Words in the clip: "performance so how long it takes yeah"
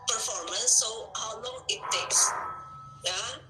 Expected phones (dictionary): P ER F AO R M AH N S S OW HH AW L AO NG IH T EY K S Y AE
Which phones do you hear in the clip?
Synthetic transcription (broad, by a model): P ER F AO R M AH N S S OW HH AW L AO NG IH T EY K S Y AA